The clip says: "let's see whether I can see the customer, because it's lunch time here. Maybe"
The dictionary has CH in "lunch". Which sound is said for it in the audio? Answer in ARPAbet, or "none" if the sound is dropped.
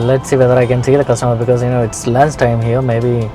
S